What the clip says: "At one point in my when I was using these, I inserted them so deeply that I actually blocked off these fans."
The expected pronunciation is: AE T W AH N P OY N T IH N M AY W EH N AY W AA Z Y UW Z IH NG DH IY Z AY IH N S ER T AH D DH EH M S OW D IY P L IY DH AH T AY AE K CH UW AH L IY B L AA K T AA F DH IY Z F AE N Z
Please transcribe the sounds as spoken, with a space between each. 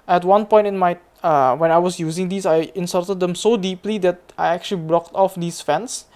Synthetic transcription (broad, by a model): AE T W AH N P OY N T IH N M AY W EH N AY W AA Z Y UW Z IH NG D IY S AY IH N S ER T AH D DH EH M S OW D IY P L IY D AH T AY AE K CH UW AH L IY B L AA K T AA F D IY S F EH N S